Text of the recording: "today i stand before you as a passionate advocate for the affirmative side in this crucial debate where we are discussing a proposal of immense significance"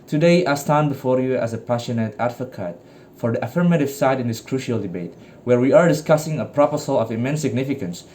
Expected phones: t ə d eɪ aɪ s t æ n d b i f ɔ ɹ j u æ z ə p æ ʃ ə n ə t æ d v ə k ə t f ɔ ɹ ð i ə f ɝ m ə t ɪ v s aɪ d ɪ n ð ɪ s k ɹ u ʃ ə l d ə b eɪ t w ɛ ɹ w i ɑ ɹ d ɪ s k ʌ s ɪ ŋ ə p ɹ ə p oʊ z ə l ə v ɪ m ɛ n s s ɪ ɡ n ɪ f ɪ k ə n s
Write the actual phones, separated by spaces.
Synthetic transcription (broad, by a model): t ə d eɪ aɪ s t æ n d b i f ɔ ɹ j u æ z ə p æ ʃ ə n ə t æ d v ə k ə t f ɔ ɹ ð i ə f ɝ m ə t ɪ v s aɪ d ɪ n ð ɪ s k ɹ u ʃ ə l d ə b eɪ t w ɛ ɹ w i ɑ ɹ d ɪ s k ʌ s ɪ ŋ ə p ɹ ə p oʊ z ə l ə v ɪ m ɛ n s s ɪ ɡ n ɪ f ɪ k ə n s